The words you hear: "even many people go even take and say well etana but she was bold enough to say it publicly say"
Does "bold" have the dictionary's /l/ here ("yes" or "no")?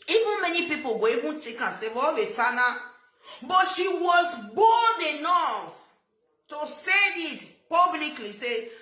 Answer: no